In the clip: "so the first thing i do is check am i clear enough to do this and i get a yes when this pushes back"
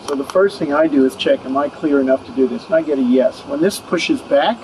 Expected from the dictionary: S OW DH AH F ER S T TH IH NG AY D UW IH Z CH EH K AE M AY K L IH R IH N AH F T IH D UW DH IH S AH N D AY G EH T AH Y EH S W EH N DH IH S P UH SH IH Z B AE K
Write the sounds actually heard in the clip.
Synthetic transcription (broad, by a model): S OW DH AH F ER S T TH IH NG AY D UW IH Z CH EH K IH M AY K L IH R IH N AH F T IH D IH DH IH S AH N AY G EH T AH Y EH S W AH N DH IH S P UH SH IH Z B AE K